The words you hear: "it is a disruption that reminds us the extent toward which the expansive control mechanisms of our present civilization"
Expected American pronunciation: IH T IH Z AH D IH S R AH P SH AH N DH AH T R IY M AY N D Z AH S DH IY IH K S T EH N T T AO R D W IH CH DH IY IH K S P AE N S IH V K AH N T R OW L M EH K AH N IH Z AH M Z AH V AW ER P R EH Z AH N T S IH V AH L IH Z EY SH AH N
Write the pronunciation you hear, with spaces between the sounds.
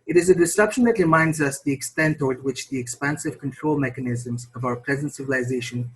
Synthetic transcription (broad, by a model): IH T IH Z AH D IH S AH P SH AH N DH AH T R IY M AY N D Z AH S DH IY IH K S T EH N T T AO R D W IH CH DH IY IH K S P AE N S IH V K AH N T R OW L M EH K AH N IH Z AH M Z AH V AW ER P R EH Z AH N T S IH V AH L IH Z EY SH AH N